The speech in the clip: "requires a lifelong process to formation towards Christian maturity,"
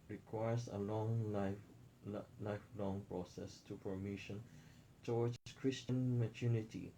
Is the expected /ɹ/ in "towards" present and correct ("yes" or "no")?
no